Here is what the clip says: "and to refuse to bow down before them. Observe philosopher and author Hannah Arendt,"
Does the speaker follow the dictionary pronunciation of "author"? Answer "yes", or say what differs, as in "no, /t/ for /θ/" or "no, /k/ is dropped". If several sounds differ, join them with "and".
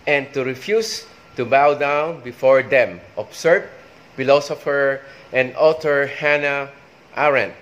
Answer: no, /t/ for /θ/